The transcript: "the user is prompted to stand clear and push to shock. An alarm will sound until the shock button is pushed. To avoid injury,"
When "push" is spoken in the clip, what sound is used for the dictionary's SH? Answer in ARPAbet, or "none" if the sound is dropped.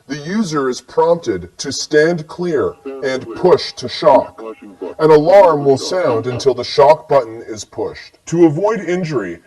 SH